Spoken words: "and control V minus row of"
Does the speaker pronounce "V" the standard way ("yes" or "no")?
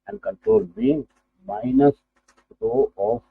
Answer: no